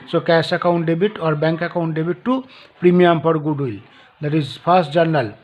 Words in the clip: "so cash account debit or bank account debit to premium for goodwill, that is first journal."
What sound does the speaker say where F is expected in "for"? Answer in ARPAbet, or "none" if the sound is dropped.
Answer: P